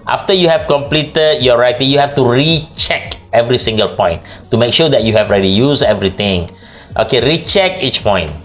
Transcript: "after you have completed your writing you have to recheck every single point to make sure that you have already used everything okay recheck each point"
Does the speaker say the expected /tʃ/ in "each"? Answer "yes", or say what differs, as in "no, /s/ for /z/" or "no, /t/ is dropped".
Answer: yes